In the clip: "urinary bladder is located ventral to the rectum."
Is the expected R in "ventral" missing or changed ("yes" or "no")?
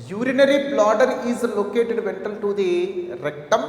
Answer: yes